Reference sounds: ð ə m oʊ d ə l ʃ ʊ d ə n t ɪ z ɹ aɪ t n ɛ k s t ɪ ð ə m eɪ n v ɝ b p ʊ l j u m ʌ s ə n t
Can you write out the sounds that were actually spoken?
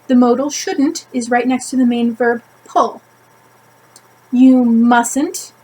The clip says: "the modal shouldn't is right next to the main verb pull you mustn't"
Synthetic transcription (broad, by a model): ð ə m oʊ d l ʃ ʊ d n t ɪ z ɹ aɪ t n ɛ k s t ɪ ð ə m eɪ n v ɝ b p ʊ l j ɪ m ʌ s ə n t